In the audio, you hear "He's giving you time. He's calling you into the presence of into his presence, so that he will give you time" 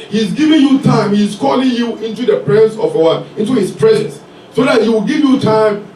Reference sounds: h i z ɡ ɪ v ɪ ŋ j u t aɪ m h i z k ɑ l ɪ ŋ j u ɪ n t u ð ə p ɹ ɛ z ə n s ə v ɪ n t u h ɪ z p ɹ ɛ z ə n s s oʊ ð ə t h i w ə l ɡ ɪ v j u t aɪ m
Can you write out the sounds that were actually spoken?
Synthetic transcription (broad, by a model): h i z ɡ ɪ v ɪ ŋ j u t aɪ m h i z k ɑ l ɪ ŋ j u ɪ n t u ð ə p ɹ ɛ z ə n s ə w ɪ n t u h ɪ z p ɹ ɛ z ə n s s oʊ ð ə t h i w ə l ɡ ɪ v j u t aɪ m